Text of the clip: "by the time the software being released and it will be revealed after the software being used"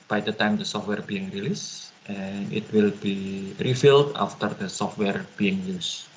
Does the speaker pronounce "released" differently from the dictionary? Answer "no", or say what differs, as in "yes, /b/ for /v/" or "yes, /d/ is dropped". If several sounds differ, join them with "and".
no